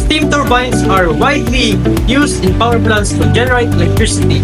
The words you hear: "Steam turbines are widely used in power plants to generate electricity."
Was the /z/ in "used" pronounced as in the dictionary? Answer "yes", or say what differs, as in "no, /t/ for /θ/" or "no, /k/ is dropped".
no, /s/ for /z/